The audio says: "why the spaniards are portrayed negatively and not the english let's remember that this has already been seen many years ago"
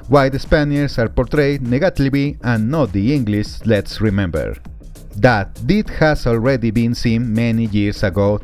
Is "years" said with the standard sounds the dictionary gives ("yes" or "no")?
no